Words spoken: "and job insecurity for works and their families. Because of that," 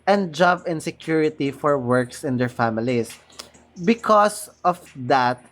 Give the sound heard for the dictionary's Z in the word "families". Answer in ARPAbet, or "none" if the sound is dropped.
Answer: S